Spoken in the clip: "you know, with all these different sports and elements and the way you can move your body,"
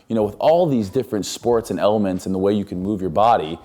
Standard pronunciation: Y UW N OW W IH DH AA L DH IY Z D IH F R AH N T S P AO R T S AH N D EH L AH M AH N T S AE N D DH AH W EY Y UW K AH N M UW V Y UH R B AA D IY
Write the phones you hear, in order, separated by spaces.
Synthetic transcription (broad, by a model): Y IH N OW W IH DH AA L DH IY Z D IH F R AH N T S P AO R T S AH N EH L AH M AH N T S N DH AH W EY Y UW K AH N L UW V Y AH R B AA D IY